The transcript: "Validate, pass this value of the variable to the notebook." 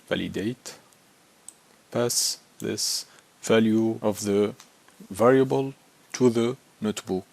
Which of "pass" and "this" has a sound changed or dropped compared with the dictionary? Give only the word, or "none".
none